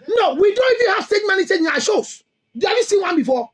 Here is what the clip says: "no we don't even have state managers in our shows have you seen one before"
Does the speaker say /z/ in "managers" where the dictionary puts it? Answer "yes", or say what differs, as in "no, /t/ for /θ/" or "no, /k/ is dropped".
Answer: no, /z/ is dropped